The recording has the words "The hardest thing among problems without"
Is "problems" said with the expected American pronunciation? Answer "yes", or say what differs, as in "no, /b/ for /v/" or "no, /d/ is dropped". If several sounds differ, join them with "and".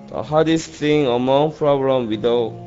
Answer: no, /z/ is dropped